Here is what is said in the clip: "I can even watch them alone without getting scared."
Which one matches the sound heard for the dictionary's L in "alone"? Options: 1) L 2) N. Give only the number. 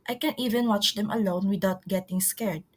1